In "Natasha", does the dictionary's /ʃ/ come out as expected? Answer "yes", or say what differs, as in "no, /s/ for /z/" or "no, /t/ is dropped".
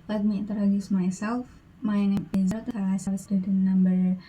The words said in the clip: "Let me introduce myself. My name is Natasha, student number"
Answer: no, /s/ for /ʃ/